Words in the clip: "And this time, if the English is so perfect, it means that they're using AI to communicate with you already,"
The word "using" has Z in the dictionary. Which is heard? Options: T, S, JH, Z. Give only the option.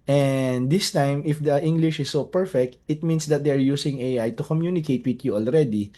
S